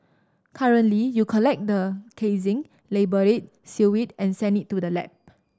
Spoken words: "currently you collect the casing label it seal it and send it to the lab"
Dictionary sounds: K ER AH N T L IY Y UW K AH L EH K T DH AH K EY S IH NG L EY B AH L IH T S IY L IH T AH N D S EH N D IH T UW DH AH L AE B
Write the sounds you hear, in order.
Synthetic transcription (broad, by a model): K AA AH N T L IY Y UW K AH L EH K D AH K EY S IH NG L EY B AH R IH T S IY W IH T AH N S EH N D IH T UW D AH L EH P